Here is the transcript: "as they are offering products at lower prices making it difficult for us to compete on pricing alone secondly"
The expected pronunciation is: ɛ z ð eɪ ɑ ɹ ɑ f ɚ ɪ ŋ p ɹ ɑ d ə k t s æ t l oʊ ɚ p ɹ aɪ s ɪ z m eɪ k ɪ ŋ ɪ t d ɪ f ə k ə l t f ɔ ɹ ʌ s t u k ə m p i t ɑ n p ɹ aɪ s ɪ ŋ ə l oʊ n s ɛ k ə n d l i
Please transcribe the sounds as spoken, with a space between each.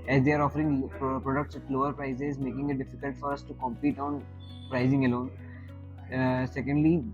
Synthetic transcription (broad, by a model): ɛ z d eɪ ɑ ɹ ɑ f ɚ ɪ ŋ p ɹ ɑ d ə k t s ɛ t l oʊ ɚ p ɹ aɪ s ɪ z m eɪ k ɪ ŋ ɪ t d ɪ f ə k ə l t f ɔ ɹ ʌ s t u k ə m p i t ɑ n p ɹ aɪ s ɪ ŋ ə l oʊ n s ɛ k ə n d l i